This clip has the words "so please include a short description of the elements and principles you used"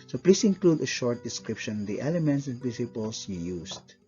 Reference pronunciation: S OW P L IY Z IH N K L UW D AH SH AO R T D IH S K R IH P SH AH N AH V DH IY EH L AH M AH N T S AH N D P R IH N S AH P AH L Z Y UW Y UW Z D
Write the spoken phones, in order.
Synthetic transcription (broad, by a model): S OW P L IY S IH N K L UW D AH SH AO R T D IH S K R IH P SH AH N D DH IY EH L AH M AH N T S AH N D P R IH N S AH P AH L S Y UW Y UW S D